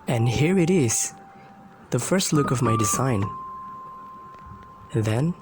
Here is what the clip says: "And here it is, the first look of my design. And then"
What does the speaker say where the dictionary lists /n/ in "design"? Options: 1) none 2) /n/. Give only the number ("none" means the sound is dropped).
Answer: 1